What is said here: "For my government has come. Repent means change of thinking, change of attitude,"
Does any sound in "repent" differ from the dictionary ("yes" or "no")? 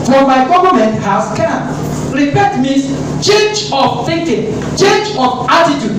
yes